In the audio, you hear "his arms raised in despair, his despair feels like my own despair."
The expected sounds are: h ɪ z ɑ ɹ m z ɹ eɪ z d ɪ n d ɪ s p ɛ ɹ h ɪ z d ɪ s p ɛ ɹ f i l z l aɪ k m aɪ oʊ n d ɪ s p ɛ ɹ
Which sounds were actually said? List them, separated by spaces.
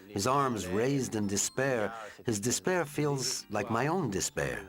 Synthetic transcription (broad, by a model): h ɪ z ɑ ɹ m z ɹ eɪ z d ɪ n d ɪ s p ɛ ɹ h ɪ z d ɪ s p ɛ ɹ f i l z l aɪ k m aɪ oʊ n d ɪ s p ɛ ɹ